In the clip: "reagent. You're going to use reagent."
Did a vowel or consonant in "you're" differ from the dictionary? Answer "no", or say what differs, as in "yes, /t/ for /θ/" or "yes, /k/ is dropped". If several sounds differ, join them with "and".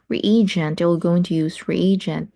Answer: yes, /l/ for /ɹ/